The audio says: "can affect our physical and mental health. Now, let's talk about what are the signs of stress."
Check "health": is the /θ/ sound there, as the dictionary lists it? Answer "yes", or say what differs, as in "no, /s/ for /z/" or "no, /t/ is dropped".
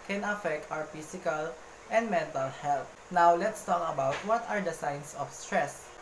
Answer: no, /t/ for /θ/